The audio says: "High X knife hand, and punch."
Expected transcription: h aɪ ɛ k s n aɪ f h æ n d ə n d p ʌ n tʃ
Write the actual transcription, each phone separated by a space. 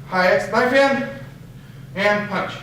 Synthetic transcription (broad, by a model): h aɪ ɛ s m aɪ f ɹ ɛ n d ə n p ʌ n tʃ